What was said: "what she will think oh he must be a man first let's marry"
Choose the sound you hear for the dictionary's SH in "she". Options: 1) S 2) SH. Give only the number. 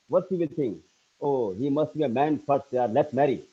1